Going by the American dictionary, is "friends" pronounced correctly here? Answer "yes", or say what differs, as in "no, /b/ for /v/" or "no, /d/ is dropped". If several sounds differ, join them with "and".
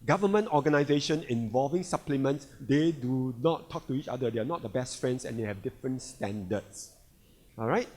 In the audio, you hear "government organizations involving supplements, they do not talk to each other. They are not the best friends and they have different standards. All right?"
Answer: no, /s/ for /z/